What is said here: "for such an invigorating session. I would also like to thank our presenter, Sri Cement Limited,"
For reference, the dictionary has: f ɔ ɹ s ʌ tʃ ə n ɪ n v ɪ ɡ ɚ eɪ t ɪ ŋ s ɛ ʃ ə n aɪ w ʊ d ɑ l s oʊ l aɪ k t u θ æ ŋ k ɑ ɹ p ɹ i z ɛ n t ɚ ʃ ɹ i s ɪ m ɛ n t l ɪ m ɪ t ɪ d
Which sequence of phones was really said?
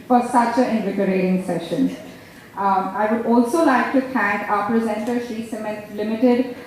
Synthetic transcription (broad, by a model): f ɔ ɹ s ʌ tʃ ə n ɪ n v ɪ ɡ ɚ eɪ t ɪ ŋ s ɛ ʃ ə n aɪ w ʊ d ɑ l s oʊ l aɪ k t u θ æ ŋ k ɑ p ɹ i z ɛ n t ɚ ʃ i s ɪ m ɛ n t l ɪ m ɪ t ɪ d